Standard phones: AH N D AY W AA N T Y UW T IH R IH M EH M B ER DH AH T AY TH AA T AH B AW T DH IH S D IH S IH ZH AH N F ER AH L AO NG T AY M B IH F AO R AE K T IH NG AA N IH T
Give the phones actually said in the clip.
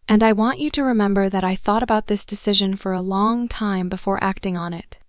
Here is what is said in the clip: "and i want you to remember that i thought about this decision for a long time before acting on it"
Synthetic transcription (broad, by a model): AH N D AY W AA N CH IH T IH R IH M EH M B ER DH AH T AY TH AA T AH B AW T DH IH S D IH S IH ZH AH N F ER AH L AO NG T AY M B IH F AO R AE K T IH NG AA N IH T